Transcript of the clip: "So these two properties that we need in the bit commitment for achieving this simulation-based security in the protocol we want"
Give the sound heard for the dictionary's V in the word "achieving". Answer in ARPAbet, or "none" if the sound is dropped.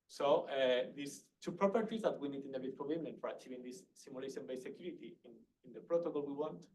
V